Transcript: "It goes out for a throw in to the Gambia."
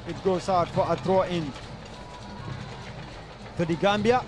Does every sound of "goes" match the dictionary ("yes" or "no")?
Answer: no